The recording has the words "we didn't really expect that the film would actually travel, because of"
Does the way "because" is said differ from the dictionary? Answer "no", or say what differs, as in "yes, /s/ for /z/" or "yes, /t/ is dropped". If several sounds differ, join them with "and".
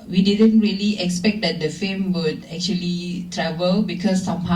yes, /s/ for /z/